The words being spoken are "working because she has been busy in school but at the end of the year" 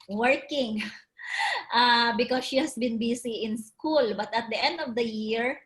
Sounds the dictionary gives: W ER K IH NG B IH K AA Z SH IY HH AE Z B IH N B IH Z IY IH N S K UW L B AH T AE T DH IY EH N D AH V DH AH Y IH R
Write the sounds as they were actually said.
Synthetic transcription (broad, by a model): W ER K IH NG B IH K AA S SH IY HH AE S B IH N B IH S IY IH N S K UW L B AH T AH T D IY EH N D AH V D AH Y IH R